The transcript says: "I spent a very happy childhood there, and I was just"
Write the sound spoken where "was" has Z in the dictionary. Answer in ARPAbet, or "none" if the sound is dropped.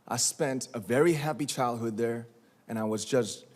Z